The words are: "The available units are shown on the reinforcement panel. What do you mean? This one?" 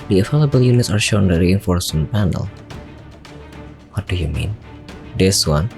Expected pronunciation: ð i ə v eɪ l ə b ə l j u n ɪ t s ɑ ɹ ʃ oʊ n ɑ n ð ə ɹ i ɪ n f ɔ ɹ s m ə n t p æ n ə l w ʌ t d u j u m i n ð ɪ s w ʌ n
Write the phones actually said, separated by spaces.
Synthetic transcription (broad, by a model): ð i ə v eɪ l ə b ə l j u n ɪ t s ɑ ɹ ʃ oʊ ʊ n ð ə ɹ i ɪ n f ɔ ɹ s ə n p æ n ə l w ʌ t d u j u m i n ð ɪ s w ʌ n